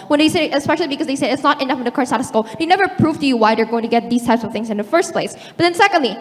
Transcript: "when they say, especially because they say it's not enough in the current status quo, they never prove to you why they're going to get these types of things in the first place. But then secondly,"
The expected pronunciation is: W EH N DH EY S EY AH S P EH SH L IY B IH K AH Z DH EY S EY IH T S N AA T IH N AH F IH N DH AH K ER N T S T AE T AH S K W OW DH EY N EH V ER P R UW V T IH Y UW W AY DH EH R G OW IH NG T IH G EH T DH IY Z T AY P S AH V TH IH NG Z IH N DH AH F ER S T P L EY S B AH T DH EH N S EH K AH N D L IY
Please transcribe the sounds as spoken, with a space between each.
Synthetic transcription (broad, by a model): W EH N DH EY S EY AH S P EH SH L IY B IH K AH Z DH EY S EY IH T S N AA T IH N AH F IH N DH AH K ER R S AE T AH S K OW DH EY N EH V ER P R UW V T IH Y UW W AY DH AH R G OW IH NG T IH G EH T DH IY Z T AY P S AH V TH IH NG Z IH N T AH F ER S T P L EY S B AH T DH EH N S EH K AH N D L IY